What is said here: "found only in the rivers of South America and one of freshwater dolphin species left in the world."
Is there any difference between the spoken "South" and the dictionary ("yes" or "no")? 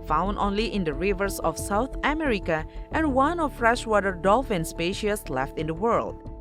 yes